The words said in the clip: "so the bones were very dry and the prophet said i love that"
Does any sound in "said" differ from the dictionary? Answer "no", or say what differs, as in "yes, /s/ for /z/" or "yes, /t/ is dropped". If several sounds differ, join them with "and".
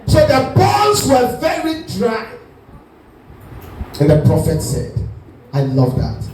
no